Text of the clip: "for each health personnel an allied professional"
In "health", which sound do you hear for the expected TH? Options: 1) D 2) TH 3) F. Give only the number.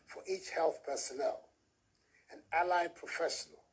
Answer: 2